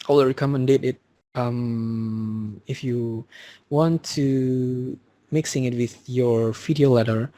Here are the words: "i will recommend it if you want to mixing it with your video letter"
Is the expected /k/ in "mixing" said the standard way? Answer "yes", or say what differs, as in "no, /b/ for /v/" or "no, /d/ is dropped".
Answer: yes